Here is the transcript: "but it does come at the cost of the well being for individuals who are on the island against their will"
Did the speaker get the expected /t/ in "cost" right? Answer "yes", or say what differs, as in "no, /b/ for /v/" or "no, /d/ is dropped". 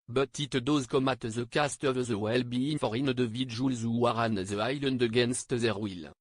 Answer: yes